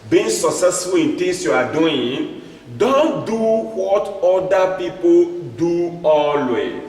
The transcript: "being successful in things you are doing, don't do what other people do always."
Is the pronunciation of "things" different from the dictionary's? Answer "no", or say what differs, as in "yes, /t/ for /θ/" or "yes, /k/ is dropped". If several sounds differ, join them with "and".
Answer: yes, /t/ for /θ/